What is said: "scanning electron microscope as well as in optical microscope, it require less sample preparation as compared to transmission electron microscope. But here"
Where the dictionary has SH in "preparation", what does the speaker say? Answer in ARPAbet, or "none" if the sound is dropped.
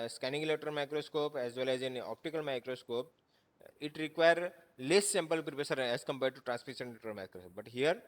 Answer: S